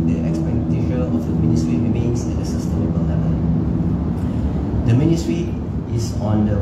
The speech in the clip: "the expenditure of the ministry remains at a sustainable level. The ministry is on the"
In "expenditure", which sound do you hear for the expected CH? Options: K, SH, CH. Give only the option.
SH